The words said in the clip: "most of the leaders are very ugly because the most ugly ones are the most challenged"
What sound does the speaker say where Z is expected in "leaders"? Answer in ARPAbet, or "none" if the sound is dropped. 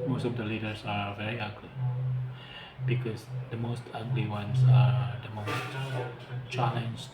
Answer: S